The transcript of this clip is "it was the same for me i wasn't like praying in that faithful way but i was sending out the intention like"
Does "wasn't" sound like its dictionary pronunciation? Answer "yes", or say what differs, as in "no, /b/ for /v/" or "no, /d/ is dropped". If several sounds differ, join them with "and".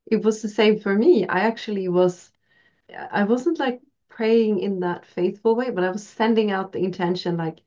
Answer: yes